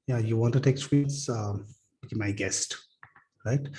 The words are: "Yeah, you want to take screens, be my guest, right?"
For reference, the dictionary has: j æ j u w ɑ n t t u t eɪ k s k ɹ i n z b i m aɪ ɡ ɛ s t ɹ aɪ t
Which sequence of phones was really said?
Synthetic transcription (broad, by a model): j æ j u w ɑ n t t u t eɪ k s ɹ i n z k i m aɪ ɡ ɛ s t ɹ aɪ t